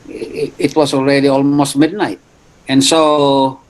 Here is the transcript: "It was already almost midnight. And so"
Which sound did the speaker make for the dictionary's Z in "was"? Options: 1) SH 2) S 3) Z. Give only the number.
2